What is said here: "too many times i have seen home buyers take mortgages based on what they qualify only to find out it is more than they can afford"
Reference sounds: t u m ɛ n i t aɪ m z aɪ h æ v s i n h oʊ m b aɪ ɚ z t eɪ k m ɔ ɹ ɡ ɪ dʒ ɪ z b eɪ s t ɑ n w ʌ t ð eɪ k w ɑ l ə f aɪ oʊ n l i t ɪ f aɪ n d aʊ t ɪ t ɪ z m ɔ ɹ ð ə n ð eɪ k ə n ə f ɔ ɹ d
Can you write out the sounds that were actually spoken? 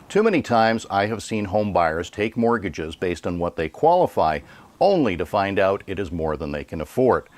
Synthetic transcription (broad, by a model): t u m ɛ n i t aɪ m z aɪ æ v s i n h oʊ m b aɪ ɚ z t eɪ k m ɔ ɹ ɡ ɪ dʒ ɪ z b eɪ s t n w ʌ t ð eɪ k w ɑ l ə f aɪ oʊ n l i t ɪ f aɪ n d aʊ t ɪ t ɪ z m ɔ ɹ ð ə n ð eɪ k ə n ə f ɔ ɹ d